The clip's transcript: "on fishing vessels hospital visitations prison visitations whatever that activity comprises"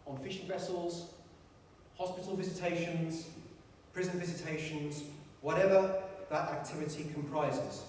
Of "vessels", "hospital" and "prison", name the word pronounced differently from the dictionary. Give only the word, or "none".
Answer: none